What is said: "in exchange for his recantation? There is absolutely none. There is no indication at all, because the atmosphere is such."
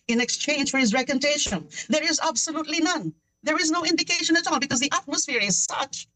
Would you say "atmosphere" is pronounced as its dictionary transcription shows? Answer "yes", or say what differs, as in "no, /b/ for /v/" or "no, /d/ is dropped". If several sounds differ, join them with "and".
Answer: yes